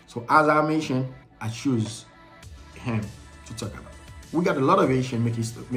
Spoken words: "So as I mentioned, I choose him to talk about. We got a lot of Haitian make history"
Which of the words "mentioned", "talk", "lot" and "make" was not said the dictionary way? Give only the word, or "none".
mentioned